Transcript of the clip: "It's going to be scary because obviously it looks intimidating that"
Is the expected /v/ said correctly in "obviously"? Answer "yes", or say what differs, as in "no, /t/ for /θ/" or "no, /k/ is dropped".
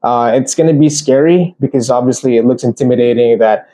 yes